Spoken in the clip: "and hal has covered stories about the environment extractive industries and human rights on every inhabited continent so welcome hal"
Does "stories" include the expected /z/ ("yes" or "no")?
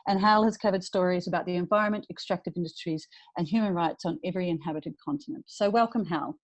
yes